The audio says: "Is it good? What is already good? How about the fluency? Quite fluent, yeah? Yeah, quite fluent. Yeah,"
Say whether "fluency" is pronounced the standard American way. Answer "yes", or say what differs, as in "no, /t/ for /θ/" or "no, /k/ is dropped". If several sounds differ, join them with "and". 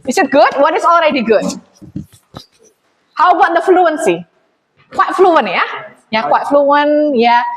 yes